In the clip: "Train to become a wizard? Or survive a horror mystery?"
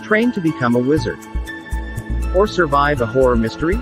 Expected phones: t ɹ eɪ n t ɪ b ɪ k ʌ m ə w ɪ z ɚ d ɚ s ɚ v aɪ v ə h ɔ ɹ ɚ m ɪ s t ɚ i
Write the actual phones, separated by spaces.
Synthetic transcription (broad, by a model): t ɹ eɪ n t ɪ b ɪ k ʌ m ə w ɪ z ɚ d ɚ s ɚ v aɪ v ə h ɔ ɹ ɚ m ɪ s t ɚ i